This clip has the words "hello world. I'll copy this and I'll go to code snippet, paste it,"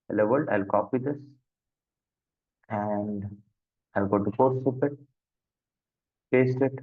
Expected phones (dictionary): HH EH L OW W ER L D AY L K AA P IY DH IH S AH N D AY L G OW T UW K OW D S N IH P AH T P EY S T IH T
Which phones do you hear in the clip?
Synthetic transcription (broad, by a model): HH L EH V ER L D AY L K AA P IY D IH S AH N D AY L G OW T UW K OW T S UW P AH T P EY S T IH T